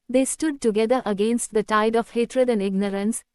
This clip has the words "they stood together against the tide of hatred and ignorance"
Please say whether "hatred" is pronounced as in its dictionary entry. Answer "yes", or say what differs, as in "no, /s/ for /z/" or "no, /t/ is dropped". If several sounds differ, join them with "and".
yes